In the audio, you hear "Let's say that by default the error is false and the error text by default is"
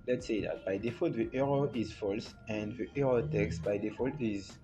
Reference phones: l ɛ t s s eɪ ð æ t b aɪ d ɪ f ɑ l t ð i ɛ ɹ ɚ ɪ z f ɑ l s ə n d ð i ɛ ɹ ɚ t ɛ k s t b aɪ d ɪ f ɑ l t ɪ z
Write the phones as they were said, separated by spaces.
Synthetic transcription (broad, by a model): l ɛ t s s eɪ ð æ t b aɪ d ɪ f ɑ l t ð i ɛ ɹ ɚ ɪ z f ɑ l s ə n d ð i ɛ ɹ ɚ t ɛ k s t b aɪ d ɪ f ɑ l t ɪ z